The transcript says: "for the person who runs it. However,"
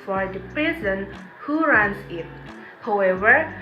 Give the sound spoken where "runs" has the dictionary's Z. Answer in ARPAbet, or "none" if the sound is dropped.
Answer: S